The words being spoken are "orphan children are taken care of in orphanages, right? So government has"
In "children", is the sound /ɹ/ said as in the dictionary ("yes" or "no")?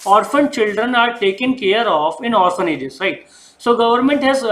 yes